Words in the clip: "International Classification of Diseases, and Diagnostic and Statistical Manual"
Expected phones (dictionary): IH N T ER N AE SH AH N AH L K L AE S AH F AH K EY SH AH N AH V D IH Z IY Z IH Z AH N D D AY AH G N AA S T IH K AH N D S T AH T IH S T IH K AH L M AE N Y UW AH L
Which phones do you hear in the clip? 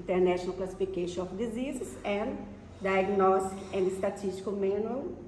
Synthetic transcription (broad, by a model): N T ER N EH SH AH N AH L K L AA S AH F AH K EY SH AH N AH F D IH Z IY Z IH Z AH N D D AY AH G N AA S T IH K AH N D S T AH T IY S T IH K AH M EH N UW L